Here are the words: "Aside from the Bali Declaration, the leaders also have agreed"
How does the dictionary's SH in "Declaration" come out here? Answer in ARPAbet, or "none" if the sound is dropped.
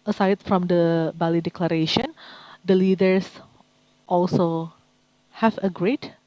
SH